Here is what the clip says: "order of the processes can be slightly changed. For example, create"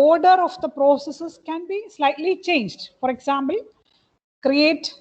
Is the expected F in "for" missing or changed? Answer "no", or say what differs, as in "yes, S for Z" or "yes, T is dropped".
no